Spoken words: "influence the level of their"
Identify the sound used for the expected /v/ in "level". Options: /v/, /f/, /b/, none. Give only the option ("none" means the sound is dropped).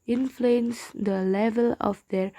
/v/